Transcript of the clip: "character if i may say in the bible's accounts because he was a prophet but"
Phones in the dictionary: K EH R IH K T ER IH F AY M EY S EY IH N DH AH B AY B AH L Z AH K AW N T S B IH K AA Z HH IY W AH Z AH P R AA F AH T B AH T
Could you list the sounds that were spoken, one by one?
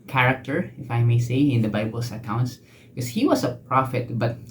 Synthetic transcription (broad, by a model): K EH R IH K T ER IH F AY M EY S EY IH N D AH B AY B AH L S AH K AW N T S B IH K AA S HH IY W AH S AH P R AA F AH T B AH T